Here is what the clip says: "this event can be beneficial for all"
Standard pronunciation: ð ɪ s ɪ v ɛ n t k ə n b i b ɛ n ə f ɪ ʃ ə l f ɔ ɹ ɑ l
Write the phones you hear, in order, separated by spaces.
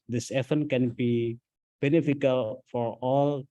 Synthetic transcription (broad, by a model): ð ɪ s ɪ f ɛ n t k ə n b i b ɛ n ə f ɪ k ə l f ɔ ɹ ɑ l